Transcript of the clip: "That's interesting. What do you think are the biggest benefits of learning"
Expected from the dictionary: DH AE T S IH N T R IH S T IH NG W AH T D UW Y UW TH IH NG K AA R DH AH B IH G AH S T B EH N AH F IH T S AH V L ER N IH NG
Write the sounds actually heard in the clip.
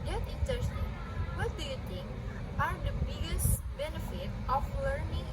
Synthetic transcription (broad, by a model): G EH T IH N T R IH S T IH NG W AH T D UW Y UW T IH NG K AA R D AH B IH G AH S T B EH N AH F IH T AH F L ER N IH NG